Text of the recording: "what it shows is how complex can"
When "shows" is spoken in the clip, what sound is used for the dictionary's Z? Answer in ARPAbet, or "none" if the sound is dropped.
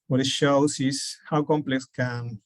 S